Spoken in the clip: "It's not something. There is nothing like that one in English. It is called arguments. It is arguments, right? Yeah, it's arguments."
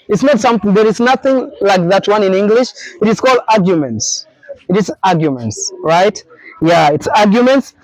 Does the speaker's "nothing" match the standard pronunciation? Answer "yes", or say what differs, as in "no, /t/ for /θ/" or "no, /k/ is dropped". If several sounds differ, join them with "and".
yes